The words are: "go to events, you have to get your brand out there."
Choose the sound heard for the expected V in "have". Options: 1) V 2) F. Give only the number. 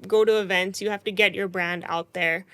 2